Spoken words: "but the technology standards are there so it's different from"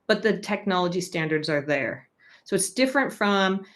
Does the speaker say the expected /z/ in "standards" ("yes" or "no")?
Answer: yes